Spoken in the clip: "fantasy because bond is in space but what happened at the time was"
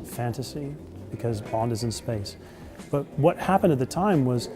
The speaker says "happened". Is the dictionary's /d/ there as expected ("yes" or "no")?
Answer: yes